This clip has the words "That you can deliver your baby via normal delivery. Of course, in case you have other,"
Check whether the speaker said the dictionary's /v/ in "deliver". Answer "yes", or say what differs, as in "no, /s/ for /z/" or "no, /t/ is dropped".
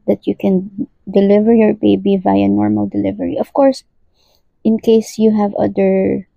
yes